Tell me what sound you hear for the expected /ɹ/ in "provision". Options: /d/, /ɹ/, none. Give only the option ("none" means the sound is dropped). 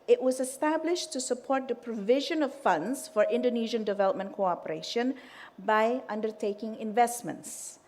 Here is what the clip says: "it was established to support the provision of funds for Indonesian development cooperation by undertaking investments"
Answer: /ɹ/